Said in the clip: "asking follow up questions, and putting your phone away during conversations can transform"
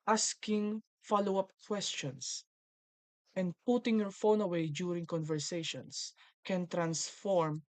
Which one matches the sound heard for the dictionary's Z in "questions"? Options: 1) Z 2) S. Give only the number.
2